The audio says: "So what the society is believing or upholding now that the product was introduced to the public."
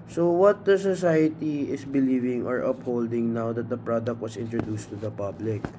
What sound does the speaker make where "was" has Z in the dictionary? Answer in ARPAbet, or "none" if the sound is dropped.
S